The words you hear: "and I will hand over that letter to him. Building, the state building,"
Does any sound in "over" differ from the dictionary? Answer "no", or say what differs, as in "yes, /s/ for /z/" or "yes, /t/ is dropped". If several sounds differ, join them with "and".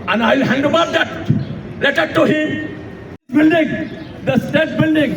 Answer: yes, /b/ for /v/